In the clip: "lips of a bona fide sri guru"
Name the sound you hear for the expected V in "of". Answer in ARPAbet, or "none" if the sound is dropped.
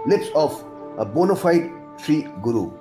P